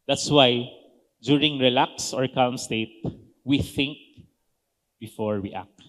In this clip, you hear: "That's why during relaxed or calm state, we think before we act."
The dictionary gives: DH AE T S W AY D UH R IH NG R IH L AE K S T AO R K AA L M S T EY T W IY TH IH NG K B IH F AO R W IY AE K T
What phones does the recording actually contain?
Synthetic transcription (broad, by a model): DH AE T S W AY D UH R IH NG R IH L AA K S AO R K AA L M S T EY T W IY TH IH NG K B IH F AO R W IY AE K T